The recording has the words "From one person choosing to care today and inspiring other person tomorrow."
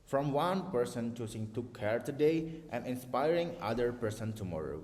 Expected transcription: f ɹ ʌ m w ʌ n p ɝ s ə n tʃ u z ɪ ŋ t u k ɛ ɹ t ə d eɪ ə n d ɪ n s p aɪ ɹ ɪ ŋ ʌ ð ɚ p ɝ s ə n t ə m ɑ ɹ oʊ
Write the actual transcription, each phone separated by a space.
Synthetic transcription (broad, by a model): f ɹ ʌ m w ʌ n p ɝ s ə n tʃ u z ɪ ŋ t u k ɛ ɹ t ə d eɪ ə n d ɪ n s p aɪ ɹ ɪ ŋ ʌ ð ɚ p ɝ s ə n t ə m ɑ ɹ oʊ